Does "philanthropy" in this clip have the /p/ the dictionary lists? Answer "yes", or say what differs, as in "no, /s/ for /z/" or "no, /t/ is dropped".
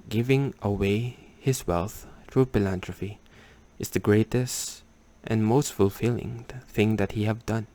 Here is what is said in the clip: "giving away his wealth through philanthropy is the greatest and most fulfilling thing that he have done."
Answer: no, /f/ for /p/